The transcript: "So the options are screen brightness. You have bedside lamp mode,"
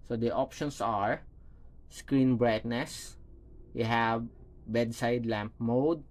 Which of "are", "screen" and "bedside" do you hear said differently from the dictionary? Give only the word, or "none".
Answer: none